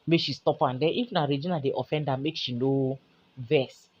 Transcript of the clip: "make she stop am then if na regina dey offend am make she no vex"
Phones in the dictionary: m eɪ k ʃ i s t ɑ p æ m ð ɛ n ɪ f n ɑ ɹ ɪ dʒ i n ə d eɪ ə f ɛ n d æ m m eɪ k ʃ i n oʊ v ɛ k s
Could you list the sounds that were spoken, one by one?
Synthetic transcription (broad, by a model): m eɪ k ʃ i s t ɑ p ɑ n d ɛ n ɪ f n ɑ ɹ ɪ dʒ i n ə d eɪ ə f ɛ n d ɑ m m eɪ k ʃ i n oʊ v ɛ s